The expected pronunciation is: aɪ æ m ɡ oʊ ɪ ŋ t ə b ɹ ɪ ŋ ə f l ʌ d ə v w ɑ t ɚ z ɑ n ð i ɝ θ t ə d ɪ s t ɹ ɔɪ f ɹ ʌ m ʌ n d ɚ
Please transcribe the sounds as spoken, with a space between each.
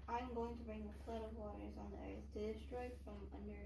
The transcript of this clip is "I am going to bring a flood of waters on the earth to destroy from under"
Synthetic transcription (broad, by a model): aɪ m ɡ oʊ ɪ ŋ t ə b ɹ ɪ ŋ ə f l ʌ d ə v w ɑ t ɚ z n ð i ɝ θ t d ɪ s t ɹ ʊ f ɹ ʌ m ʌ n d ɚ